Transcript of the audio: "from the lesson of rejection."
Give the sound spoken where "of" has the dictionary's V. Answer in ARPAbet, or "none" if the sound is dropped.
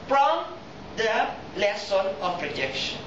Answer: P